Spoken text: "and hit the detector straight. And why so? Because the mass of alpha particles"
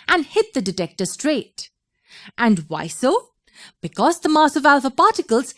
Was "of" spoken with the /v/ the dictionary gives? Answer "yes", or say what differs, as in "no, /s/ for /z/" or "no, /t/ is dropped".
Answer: yes